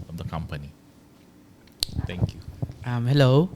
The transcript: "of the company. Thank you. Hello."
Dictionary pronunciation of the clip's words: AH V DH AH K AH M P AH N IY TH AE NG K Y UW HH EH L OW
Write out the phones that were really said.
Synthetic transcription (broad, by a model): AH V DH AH K AH M P AH N IY T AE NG K Y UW HH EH L OW